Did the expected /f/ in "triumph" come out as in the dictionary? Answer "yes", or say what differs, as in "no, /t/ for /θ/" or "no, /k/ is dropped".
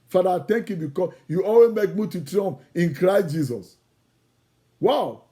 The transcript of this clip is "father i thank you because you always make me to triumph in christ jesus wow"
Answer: no, /p/ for /f/